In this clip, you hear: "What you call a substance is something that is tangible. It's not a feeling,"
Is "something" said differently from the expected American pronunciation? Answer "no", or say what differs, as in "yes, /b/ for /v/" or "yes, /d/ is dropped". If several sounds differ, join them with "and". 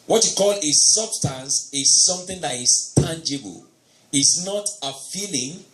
no